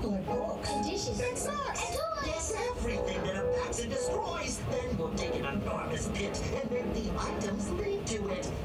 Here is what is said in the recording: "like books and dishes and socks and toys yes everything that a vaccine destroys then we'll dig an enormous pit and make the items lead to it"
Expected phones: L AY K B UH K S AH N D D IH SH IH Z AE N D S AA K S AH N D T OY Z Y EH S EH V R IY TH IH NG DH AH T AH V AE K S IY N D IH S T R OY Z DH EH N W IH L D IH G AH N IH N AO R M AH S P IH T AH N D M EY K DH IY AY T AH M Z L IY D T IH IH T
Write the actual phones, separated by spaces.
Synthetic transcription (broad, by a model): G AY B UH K AH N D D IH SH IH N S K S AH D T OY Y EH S EH V R IY TH IH NG DH AH T AH P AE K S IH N D IH S T R OY Z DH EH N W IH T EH IH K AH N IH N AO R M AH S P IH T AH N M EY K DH IY AY T AH M Z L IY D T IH IH T